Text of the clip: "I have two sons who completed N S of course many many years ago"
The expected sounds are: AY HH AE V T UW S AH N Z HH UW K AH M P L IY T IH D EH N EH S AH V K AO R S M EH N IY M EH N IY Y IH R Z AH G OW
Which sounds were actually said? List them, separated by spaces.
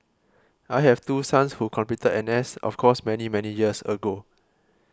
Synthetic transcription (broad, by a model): AY HH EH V T UW S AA N S HH UW K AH M P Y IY T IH EH N EH S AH F K AO S M EH N IY M EH N IY Y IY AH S AH G OW